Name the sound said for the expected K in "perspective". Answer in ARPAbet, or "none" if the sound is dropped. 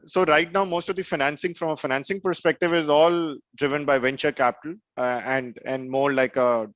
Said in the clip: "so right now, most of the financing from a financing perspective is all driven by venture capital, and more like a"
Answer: K